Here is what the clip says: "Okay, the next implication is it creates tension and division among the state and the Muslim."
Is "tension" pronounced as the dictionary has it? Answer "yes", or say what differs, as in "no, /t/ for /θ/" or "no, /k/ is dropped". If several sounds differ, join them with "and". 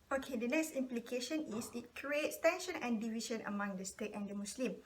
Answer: yes